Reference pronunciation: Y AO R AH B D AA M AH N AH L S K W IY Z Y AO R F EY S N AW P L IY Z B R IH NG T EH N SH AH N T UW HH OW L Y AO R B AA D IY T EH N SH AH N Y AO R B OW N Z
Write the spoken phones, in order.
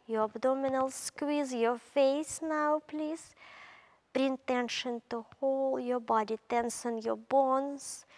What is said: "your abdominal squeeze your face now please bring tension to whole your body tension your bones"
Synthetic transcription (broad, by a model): Y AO R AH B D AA M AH N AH L S K W IY Z Y AO R F EY S N AW P L IY Z B R IH NG T EH N SH AH N T UW HH OW L Y AO R B AA D IY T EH N S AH N Y AO R B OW N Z